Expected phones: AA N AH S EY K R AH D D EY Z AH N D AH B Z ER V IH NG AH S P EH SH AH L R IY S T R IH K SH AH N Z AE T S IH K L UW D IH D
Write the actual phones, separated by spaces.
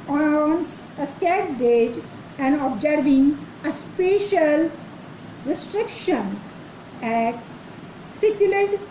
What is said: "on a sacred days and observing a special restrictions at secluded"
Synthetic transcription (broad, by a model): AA N AH S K AH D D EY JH AH N D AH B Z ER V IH NG AH S P EH SH AH L R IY S T R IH K SH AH N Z AE T S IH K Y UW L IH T